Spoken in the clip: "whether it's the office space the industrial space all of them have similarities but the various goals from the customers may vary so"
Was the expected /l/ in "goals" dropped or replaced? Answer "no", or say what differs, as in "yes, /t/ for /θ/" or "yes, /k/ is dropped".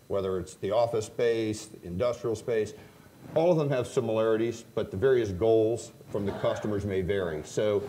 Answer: no